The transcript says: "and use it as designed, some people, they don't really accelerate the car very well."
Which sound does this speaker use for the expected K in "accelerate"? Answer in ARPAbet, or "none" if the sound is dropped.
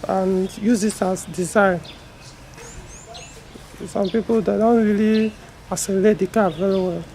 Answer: none